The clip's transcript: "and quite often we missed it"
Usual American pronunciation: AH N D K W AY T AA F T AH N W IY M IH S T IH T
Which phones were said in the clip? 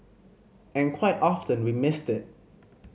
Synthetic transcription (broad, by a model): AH N K W AY T AA F T AH N W IY M IH S T IH T